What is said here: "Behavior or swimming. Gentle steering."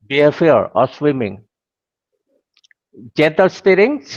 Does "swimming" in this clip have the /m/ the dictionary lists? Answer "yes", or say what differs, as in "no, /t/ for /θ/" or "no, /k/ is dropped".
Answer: yes